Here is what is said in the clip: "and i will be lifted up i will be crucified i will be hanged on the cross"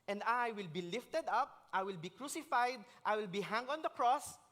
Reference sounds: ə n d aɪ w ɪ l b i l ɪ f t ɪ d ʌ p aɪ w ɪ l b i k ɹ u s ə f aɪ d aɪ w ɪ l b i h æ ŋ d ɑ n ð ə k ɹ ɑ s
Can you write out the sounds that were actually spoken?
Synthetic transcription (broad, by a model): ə n d aɪ w ɪ l b i l ɪ f t ɪ d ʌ p aɪ w ɪ l b i k ɹ u s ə f aɪ d aɪ w ɪ l b i h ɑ ŋ ɑ n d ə k ɹ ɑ s